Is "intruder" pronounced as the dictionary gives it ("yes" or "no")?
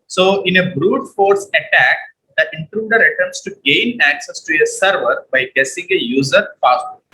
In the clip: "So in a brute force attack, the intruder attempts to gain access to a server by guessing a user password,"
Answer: yes